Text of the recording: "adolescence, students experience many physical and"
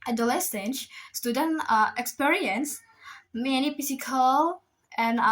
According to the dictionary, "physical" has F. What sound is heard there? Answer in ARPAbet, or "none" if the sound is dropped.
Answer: P